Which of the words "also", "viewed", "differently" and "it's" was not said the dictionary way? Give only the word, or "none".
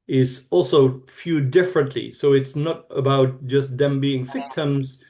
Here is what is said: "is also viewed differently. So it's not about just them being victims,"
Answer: viewed